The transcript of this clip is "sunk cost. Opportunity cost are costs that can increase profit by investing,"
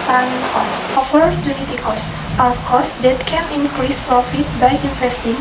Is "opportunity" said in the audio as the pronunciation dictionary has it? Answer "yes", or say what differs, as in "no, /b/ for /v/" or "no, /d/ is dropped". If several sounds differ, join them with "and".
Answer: no, /f/ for /p/